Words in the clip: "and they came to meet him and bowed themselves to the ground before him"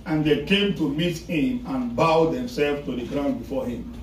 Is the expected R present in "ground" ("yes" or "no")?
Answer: yes